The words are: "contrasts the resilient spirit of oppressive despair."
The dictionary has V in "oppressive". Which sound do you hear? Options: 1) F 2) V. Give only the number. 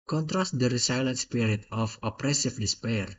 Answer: 1